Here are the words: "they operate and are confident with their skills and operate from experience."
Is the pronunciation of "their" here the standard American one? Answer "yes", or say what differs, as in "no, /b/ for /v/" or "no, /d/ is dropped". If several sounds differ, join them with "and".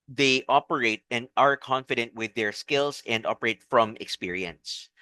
yes